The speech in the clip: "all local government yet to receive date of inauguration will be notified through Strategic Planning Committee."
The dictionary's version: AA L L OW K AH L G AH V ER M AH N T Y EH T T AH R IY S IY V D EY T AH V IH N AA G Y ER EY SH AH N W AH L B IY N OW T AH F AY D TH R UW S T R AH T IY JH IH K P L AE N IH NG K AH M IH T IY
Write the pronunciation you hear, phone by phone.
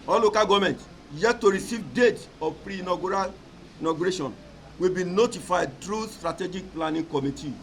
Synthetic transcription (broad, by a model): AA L L OW K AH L G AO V M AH N T Y EH T T AH R IY S IY V D EY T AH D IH N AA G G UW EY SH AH N W AH L B IY N OW T AH F AY D T R UW S T R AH T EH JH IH K P L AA N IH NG K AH M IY T IY